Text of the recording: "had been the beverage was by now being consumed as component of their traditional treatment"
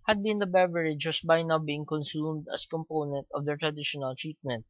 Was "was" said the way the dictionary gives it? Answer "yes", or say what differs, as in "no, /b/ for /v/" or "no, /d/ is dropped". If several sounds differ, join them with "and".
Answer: no, /s/ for /z/